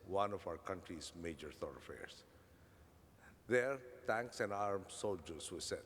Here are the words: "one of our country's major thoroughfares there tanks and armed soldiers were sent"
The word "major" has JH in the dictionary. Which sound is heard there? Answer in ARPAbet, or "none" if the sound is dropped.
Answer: JH